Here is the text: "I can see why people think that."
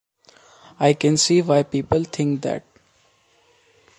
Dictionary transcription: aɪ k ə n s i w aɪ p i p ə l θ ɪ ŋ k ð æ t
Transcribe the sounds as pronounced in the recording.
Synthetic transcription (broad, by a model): aɪ k ə n s i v aɪ p i p ə l t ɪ ŋ k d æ t